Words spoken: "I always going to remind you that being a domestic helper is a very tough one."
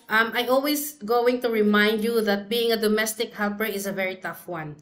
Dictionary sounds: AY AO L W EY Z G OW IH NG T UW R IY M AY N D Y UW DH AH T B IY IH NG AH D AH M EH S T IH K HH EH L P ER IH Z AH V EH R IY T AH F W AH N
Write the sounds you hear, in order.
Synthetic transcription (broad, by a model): AY AO L W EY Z G OW IH NG T UW R IY M AY N D Y UW DH AH T B IY IH NG AH D AH M EH S T IH K HH EH L P ER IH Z AH V EH R IY T AH F W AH N